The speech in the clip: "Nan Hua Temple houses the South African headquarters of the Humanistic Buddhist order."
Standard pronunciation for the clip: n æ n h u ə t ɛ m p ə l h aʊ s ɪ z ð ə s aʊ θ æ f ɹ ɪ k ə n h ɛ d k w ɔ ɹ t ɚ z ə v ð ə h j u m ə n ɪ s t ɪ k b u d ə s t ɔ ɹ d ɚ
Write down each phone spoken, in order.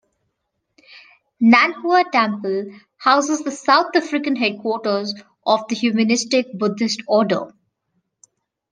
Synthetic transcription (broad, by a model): n æ n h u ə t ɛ m p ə l h aʊ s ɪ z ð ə s aʊ t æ f ɹ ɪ k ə n h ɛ d k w ɔ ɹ t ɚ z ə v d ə h j u m ə n ɪ s t ɪ k b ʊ d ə s t ɔ d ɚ